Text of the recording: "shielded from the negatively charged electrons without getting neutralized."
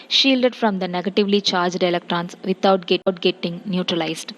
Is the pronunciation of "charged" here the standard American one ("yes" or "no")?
yes